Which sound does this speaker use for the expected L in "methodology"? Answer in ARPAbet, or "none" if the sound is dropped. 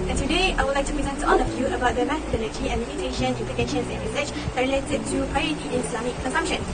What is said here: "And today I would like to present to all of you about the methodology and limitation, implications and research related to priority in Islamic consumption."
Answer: N